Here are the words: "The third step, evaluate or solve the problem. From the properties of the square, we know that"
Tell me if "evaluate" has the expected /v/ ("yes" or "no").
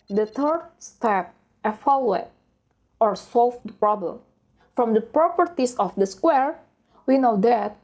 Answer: no